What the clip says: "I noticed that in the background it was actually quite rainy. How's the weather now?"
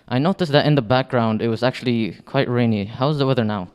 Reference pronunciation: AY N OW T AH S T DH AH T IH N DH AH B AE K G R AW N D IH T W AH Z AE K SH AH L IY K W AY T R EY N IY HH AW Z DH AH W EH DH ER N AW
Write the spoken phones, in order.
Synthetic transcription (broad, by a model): AY N OW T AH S DH AH T IH N DH AH B AE K G R AW N D IH T W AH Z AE K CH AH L IY K W AY T R EY N IY HH AW Z DH AH W EH DH ER N AW